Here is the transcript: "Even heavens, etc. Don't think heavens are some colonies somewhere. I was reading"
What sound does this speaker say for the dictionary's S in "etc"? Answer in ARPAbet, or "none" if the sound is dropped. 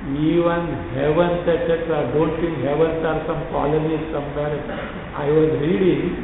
none